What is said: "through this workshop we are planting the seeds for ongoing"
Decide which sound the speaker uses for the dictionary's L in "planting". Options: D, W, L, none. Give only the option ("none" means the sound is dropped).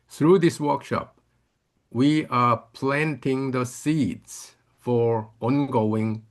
L